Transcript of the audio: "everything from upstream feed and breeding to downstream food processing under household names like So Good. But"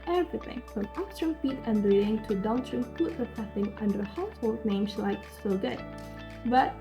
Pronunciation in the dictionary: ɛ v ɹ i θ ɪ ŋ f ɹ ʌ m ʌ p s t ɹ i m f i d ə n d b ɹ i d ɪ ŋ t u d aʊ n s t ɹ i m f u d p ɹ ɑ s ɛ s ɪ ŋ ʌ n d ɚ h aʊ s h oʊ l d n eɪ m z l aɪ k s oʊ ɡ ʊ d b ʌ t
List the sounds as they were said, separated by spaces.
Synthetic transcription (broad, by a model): ɛ v ɹ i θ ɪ ŋ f ɹ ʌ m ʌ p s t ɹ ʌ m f i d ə n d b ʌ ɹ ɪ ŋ t u d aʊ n t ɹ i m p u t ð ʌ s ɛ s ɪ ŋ ʌ n d ɚ h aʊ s h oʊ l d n eɪ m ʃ l aɪ k s oʊ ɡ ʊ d b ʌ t